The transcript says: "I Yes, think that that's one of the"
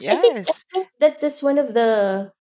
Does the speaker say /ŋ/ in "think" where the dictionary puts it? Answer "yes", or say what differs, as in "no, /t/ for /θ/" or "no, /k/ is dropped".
no, /ŋ/ is dropped